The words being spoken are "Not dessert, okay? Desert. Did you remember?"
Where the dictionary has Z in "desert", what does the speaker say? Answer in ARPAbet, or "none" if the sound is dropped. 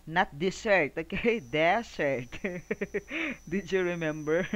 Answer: S